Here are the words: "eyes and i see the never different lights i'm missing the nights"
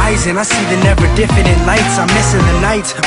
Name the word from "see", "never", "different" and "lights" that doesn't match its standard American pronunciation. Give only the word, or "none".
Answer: different